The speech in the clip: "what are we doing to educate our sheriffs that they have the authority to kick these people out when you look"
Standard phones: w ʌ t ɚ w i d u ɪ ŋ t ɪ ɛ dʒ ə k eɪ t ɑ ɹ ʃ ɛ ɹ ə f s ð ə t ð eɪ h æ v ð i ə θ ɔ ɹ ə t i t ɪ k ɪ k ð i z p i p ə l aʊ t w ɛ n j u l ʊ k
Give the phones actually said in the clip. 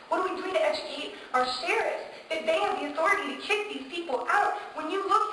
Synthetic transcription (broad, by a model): w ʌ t ɚ w i d u ɪ ŋ t ɪ ɛ dʒ ə k eɪ t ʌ ɹ s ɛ ɹ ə s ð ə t ð eɪ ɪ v ð i ə θ ɔ ɹ ə t i t ɪ k ɪ k ð i z p i p l aʊ t w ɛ n j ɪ l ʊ k